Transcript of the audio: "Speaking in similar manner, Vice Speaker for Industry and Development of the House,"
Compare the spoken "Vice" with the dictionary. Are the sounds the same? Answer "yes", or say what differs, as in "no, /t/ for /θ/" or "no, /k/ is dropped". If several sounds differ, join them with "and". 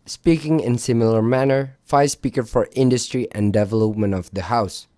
no, /f/ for /v/